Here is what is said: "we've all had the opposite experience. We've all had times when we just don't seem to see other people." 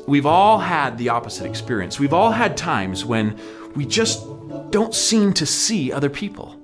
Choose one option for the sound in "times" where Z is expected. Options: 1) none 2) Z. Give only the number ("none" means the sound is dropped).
2